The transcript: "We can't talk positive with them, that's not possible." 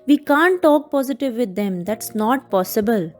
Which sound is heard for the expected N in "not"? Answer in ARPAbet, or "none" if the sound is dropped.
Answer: N